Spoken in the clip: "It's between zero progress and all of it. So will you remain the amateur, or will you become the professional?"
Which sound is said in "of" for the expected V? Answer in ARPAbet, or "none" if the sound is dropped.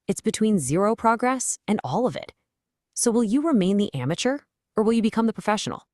V